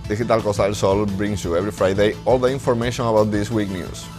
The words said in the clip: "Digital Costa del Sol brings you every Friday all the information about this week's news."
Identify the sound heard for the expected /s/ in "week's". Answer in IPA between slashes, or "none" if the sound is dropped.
none